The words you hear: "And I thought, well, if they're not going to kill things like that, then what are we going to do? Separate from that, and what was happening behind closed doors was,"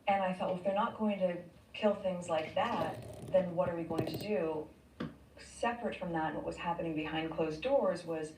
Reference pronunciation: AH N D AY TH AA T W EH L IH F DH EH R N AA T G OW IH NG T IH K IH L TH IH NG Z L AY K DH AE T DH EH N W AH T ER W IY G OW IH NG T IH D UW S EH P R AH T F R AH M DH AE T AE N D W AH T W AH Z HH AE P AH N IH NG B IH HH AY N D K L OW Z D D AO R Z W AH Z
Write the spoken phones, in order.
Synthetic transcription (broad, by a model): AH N AY TH AA T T IH F DH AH R N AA T G OW IH NG T IH K IH L TH IH NG Z L AY K DH AE T DH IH N W AH T ER W IY G OW IH NG T IH D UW S EH P R AH T F R AH M DH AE T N W AH T W AH Z HH AE P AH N IH NG B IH HH AY N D K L OW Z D D AO R Z W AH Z